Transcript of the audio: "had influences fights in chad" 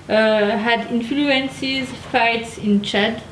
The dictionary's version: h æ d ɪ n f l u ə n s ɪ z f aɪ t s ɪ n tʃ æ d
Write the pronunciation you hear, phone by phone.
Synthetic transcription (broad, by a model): h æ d ɪ n f l u ə n s ɪ z f aɪ t s ɪ n tʃ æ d